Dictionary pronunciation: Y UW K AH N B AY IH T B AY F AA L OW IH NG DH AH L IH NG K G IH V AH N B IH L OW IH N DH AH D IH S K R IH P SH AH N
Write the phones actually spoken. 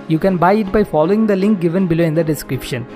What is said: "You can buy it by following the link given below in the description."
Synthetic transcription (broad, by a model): Y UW K AH N B AY IH T B AY F AA L OW IH NG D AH L IH NG K G IH V AH N B IH L OW IH N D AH D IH S K R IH P SH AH N